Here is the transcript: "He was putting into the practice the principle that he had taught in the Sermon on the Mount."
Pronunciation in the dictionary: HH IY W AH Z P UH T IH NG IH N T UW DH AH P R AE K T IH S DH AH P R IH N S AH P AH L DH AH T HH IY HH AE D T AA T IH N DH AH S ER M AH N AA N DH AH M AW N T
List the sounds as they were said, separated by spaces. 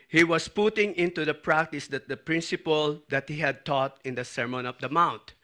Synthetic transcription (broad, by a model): HH IY W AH S P UH T IH NG IH N T UW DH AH P R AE K T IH S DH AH P R IH N S AH P AH L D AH T HH IY HH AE D T AA T IH N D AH S ER M AH N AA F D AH M AW N T